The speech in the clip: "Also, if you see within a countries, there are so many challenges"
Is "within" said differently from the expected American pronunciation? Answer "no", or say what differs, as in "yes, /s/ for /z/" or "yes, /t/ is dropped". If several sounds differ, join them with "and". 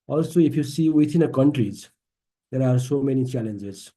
yes, /t/ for /θ/